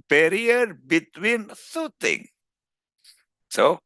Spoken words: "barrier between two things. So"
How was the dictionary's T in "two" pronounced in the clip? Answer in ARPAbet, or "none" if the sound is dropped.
S